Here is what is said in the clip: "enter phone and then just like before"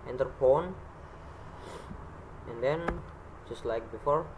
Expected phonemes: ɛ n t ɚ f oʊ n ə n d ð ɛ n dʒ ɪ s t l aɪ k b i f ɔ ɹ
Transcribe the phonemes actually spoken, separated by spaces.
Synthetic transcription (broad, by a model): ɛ n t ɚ p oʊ n ə n d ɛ n dʒ ɪ s t l aɪ k b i f ɔ ɹ